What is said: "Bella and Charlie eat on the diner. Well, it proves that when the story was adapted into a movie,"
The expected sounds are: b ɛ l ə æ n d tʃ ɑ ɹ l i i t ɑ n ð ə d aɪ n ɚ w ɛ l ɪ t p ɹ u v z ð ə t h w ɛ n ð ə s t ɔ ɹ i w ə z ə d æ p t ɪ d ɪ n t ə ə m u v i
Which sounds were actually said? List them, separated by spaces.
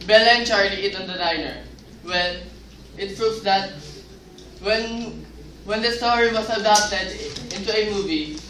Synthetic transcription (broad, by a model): b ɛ l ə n tʃ ɑ ɹ l i i t ɑ n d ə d aɪ n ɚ w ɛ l ɪ t p ɹ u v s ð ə t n w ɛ n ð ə s t ɔ ɹ i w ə s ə d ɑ p t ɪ d ɪ n t ə ə m u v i